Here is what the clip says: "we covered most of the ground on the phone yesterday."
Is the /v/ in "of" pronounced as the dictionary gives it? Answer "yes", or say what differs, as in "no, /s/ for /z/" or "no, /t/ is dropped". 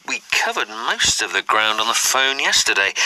yes